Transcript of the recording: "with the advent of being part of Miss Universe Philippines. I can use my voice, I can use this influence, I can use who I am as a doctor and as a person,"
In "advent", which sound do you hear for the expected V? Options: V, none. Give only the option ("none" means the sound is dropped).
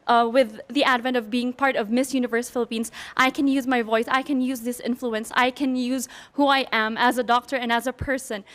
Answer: V